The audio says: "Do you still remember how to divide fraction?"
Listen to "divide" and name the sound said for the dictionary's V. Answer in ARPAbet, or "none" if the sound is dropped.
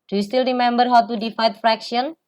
F